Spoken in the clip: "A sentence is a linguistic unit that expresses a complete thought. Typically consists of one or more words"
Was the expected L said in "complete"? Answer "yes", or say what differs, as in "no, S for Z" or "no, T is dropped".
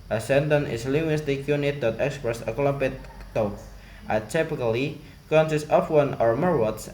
no, L is dropped